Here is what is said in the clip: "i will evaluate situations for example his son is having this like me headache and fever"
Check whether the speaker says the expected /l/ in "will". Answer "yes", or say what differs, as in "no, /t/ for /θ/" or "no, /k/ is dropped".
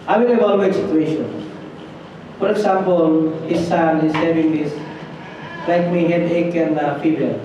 no, /n/ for /l/